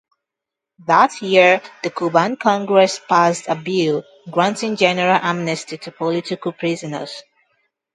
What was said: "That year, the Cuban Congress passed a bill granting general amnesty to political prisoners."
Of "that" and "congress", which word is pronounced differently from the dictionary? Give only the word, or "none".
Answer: none